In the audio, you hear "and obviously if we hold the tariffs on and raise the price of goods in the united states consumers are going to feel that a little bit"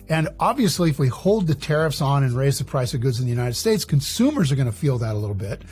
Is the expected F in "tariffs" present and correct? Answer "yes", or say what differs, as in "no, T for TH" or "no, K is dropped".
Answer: yes